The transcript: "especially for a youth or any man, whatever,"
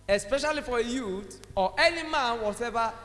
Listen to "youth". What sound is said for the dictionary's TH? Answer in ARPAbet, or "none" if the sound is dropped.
T